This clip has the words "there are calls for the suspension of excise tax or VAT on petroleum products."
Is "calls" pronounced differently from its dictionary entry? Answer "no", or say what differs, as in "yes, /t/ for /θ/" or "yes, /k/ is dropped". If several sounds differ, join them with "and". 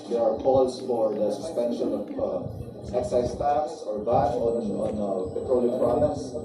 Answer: yes, /s/ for /z/